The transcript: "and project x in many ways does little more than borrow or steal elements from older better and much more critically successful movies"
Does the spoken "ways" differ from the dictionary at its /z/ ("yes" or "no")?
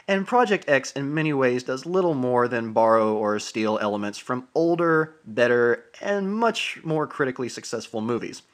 no